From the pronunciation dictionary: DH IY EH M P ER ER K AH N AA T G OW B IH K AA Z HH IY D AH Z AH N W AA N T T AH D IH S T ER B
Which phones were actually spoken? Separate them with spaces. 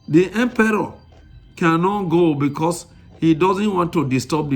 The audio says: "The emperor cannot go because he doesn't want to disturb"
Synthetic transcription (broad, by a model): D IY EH M P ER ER K AH N AA T G OW B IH K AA S HH IY D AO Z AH N W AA N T T AH D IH S T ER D